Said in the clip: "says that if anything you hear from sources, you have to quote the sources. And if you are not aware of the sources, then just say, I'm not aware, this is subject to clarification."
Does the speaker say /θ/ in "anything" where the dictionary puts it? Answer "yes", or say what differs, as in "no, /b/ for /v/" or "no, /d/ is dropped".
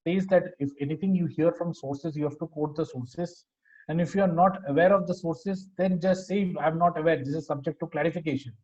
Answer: no, /t/ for /θ/